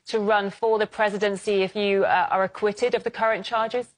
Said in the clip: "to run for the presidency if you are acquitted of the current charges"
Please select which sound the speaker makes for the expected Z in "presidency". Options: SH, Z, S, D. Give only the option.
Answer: Z